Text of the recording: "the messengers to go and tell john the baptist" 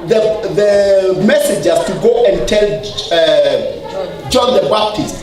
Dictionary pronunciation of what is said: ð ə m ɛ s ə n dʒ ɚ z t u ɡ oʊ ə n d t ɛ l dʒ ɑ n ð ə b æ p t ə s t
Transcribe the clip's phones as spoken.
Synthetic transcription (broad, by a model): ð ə m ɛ s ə dʒ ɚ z t u ɡ oʊ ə n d t ɛ l dʒ ɑ n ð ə b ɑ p t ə s t